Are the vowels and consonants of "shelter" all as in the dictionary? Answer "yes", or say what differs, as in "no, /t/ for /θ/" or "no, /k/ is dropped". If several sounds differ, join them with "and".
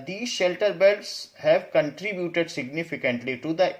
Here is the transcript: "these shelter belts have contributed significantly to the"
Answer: yes